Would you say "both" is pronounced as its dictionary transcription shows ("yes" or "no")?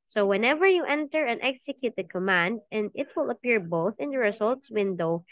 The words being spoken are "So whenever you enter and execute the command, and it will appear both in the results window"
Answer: yes